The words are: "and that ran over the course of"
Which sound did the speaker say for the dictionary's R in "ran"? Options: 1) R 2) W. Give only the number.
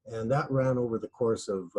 1